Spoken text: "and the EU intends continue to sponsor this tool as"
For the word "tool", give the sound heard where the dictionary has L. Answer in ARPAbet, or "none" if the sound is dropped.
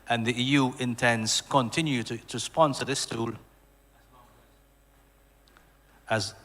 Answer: L